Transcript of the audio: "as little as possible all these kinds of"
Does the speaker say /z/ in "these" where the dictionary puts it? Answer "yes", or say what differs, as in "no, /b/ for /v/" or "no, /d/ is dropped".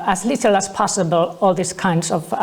no, /s/ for /z/